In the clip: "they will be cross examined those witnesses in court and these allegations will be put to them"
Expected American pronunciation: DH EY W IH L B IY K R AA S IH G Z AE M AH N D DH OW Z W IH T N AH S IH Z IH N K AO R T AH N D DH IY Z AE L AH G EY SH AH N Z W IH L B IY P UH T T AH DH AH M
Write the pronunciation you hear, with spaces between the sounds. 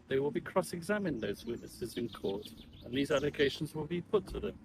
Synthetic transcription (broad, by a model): DH EY W IH L B IY K R AA S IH G Z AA M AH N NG DH OW Z W IH T N AH S IH Z IH N K AO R T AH N DH IY Z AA L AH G EY SH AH N Z W IH L B IY P UH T T AH DH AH M